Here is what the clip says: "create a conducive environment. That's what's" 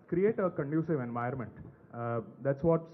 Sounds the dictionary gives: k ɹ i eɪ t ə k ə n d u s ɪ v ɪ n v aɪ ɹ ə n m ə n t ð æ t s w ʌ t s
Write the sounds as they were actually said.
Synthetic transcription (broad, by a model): k ɹ i eɪ t ə k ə n d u s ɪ v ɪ n v aɪ ə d m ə n t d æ t s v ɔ t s